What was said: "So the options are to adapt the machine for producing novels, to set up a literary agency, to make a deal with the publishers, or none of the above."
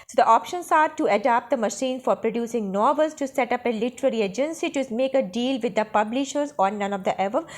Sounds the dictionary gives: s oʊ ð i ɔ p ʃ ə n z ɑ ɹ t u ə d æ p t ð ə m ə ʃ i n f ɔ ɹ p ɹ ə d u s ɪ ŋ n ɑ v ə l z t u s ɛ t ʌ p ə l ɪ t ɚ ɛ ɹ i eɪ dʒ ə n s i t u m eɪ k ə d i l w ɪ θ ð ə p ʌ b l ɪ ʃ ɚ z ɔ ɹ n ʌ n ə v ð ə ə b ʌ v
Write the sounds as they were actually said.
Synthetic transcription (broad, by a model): s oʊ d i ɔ p ʃ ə n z ɑ ɹ t u ə d æ p t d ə m ə ʃ i n f ɔ ɹ p ɹ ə d u s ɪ ŋ n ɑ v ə l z t u s ɛ t ʌ p ə l ɪ t ɚ ɛ ɹ i eɪ dʒ ə n s i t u m eɪ k ə d i l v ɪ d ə p ʌ b l ɪ ʃ ɚ z ɔ ɹ n ʌ n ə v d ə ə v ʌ